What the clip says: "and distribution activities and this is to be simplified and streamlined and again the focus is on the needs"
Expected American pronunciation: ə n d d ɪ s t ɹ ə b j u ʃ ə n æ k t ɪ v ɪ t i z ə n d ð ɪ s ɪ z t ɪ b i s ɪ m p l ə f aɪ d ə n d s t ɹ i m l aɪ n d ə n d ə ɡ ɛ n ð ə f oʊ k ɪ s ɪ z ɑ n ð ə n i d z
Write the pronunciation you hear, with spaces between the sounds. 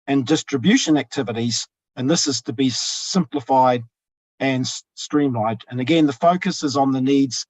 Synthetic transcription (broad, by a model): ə n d d ɪ s t ɹ ə b j u ʃ ə n æ k t ɪ v ɪ t i z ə n ð ɪ s ɪ z t ɪ b i s ɪ m p l ə f aɪ d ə n s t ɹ i m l aɪ d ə n ə ɡ ɛ n ð ə f oʊ k ɪ s ɪ z n ð ə n i d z